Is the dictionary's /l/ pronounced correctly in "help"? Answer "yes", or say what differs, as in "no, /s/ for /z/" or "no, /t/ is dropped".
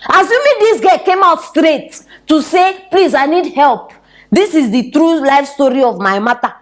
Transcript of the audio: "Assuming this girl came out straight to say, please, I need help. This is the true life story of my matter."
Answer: yes